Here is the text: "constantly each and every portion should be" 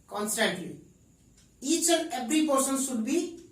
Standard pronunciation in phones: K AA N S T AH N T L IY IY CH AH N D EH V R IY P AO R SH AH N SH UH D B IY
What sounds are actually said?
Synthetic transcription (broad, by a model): K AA N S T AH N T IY IY CH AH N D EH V R IY P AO R S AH N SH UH D B IY